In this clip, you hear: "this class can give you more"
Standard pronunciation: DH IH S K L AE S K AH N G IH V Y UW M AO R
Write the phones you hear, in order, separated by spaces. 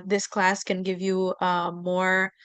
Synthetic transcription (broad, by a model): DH IH S K L AE S K AH N G IH V Y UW M AO R